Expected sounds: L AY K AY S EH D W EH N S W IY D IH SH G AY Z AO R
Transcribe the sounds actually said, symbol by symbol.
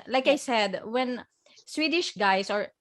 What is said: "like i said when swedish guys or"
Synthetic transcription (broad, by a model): L AY K AY S EH D W EH N S W IY D IH SH G AY S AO R